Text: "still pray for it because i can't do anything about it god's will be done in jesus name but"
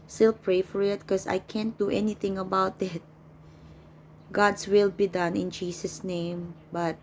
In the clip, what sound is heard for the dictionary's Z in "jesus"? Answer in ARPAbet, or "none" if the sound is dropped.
S